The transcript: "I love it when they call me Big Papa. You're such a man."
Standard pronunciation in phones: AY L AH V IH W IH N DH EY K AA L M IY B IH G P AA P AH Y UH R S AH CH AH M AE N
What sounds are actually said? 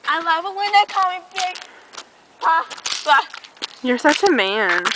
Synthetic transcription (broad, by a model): AY L AH V IH W IH N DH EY K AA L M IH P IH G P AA AH Y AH R S AH CH AH M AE N